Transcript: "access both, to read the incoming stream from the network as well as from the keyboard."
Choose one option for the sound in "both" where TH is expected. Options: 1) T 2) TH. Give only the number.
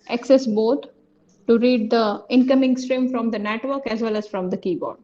1